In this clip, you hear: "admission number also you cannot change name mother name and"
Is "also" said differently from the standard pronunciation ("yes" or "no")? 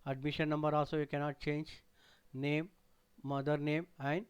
yes